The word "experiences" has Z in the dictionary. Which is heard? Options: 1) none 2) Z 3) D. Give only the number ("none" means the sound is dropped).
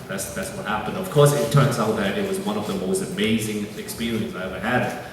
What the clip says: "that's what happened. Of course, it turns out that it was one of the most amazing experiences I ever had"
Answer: 1